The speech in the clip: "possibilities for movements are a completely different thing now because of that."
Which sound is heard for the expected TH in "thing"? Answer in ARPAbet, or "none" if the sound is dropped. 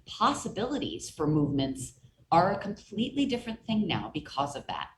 TH